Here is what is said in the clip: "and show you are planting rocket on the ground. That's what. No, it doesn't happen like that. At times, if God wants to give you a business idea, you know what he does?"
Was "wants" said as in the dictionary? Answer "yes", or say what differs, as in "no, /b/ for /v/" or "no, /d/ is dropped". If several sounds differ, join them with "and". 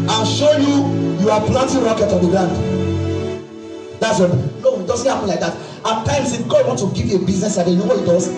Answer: no, /s/ is dropped